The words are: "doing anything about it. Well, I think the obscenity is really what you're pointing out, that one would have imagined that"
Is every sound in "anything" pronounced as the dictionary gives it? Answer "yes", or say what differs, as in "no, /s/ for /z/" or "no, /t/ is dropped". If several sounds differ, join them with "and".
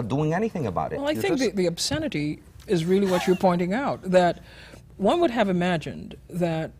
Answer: yes